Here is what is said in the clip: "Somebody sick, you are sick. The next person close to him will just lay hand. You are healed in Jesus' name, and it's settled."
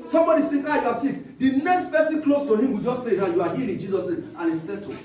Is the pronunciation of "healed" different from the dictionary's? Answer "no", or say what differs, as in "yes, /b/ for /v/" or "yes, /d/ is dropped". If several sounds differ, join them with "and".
yes, /l/ is dropped